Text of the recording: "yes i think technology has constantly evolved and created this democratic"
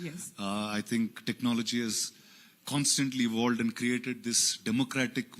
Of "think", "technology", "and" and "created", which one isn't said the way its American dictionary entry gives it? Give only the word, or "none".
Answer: think